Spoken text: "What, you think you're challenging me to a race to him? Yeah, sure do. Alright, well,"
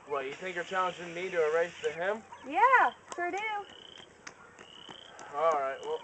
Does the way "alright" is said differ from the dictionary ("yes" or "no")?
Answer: no